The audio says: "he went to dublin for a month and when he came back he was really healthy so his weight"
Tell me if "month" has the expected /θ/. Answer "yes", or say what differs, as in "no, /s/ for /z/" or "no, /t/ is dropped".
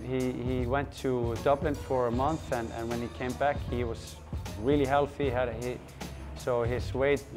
yes